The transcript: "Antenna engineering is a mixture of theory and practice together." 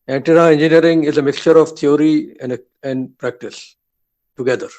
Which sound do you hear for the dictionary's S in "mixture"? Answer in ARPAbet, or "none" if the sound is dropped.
S